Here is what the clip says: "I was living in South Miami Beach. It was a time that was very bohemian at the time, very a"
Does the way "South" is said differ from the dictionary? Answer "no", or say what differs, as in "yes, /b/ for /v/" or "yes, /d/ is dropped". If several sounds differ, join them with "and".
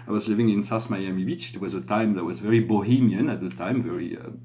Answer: yes, /s/ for /θ/